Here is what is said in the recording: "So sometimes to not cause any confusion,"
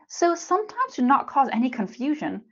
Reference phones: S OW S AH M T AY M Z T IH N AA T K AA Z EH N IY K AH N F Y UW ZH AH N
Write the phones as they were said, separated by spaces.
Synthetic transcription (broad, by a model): S OW S AH M T AY M Z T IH N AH T K AA Z EH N IY K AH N F Y UW ZH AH N